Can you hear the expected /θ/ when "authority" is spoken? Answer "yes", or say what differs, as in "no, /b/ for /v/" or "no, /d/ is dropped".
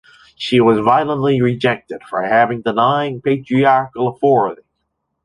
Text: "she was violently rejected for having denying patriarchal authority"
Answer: no, /f/ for /θ/